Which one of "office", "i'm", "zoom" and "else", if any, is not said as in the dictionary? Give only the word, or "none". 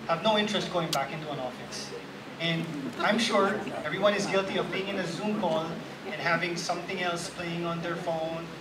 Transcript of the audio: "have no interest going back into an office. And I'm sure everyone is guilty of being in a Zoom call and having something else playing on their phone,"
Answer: none